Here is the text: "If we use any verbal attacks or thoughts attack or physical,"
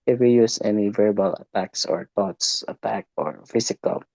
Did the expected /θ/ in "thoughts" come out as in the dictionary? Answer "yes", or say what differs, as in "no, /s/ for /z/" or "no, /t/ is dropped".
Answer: no, /t/ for /θ/